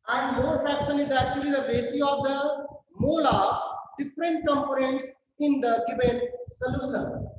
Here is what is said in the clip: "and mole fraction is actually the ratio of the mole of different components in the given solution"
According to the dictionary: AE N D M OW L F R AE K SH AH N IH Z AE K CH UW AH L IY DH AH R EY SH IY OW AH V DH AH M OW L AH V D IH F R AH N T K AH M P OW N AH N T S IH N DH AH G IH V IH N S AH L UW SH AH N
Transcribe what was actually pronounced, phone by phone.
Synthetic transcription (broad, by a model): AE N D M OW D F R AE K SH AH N IH Z AE K CH UW AH L IY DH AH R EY S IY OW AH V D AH M OW L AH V D IH F R AH N T K AH M P OW N AH N T S IH N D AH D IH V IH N S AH L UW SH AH N